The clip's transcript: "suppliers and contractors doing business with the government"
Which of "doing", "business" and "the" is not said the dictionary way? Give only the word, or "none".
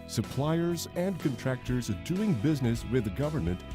none